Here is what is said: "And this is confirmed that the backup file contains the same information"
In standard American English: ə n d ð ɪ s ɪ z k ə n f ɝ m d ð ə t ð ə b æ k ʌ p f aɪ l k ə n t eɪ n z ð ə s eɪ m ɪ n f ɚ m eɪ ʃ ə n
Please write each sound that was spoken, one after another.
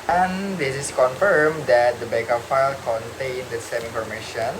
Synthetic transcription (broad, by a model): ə n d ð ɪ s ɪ s k ə n f ɝ m d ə t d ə b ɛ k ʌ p f aɪ l k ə n t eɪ n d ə s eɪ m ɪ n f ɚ m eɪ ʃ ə n